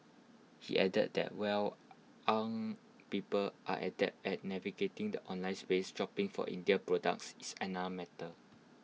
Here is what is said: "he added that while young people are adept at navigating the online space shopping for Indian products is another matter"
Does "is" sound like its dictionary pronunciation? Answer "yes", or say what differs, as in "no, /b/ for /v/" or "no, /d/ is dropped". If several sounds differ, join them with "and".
no, /s/ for /z/